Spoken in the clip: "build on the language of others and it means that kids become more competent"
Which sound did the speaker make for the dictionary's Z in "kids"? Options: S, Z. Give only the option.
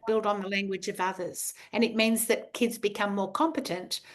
Z